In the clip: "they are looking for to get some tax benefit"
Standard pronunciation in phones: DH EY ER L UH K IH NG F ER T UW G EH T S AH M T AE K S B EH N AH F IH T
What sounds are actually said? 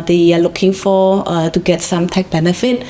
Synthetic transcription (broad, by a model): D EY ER L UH K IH NG F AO T UW G EH T S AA M T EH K B EH N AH F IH T